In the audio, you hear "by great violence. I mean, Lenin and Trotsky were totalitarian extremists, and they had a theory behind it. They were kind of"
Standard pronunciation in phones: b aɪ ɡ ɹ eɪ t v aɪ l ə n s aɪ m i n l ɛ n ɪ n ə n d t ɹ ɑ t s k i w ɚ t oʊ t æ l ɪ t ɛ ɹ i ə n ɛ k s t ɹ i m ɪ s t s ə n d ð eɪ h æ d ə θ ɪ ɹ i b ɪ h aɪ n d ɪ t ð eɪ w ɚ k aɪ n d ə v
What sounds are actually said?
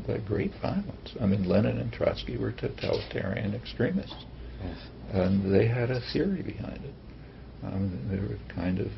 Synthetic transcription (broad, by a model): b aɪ ɡ ɹ eɪ t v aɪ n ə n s aɪ m i n l ɛ n ɪ n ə n t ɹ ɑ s k i w ɚ t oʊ t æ l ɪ t ɛ ɹ i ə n ɛ k s t ɹ i m ɪ s t s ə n ð eɪ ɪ d ə θ ɪ ɹ i b ɪ h aɪ n d ɪ t ð eɪ w ɚ k aɪ n d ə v